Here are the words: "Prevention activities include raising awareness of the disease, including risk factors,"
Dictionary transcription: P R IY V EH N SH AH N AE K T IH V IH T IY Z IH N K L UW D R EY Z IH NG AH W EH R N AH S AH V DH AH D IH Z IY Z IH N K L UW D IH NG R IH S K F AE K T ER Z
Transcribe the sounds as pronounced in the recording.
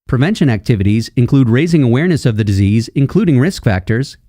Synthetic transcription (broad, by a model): P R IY V EH N SH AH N AE K T IH V IH T IY Z IH N K L UW D R EY Z IH NG AH W EH R N AH S AH V DH AH D IH Z IY Z IH N K L UW D IH NG R IH S K F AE K T ER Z